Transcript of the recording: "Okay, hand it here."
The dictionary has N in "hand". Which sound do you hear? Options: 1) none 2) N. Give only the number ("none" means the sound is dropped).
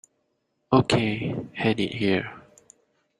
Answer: 1